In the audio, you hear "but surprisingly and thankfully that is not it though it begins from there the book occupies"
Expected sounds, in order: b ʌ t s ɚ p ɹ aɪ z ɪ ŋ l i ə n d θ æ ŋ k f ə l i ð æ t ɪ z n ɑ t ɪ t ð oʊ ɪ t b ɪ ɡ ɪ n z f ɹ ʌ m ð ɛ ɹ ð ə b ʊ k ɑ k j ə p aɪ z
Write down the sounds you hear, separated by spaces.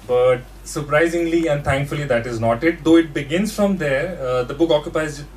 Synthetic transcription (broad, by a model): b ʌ t s ɚ p ɹ aɪ z ɪ ŋ l i ə n d t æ ŋ k f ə l i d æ t ɪ z n ɑ t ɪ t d oʊ ɪ t b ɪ ɡ ɪ n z f ɹ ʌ m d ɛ ɹ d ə b ʊ k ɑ k j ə p aɪ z